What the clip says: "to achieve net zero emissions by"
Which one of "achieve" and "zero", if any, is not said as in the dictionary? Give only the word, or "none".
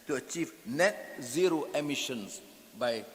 none